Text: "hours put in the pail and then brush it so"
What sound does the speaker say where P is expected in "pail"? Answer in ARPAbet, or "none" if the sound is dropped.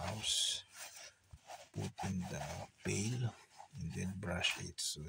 B